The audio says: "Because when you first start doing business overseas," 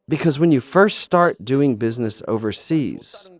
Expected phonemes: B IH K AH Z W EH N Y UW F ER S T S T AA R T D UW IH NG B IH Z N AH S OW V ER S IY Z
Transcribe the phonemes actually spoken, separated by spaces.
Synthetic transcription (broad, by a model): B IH K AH Z W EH N Y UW F ER S T S T AA R T D UW IH NG B IH Z N AH S OW V ER S IY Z